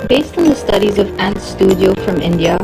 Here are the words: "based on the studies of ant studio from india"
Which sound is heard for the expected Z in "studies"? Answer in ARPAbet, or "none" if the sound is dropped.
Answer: Z